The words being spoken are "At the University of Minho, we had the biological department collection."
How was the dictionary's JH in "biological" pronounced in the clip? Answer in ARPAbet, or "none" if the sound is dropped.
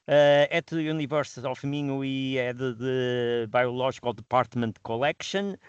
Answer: ZH